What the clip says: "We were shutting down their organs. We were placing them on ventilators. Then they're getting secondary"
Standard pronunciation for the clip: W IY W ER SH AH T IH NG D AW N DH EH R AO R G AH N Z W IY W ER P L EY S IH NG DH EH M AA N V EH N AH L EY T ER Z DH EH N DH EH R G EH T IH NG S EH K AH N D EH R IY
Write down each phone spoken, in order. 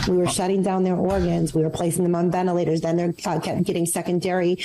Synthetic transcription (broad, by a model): W IY W ER SH AH T IH NG D AW N DH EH R AO R G AH N Z W IY W ER P L EY S IH NG DH EH M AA N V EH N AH L EY T ER Z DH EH N DH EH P G EH T IH NG S EH K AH N D EH R IY